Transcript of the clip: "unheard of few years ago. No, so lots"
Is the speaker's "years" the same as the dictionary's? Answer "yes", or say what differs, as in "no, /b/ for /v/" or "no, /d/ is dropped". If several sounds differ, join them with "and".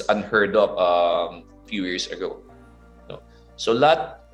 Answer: no, /s/ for /z/